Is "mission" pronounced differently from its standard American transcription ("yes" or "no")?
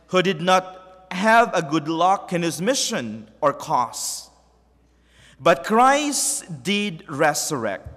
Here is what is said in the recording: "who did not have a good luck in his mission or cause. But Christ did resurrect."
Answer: no